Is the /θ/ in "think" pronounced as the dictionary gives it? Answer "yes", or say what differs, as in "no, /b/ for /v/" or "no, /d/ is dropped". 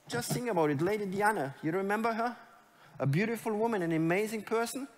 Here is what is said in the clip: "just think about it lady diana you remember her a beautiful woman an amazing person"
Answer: no, /s/ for /θ/